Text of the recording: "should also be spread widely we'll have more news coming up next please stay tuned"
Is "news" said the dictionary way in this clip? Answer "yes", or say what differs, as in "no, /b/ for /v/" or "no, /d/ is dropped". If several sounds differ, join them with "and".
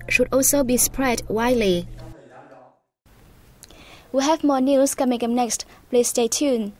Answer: no, /s/ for /z/